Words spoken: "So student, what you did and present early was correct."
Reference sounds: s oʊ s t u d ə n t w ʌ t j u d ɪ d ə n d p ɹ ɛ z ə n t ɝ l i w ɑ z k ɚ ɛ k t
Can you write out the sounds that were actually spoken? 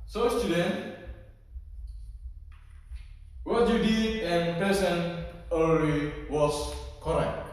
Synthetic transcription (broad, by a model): s oʊ s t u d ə n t w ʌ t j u d ɪ d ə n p ɛ s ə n ɝ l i w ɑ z k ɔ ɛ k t